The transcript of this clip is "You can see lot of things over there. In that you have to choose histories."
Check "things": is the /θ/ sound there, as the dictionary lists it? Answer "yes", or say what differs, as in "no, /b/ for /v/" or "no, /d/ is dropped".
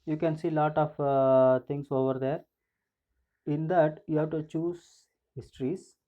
no, /t/ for /θ/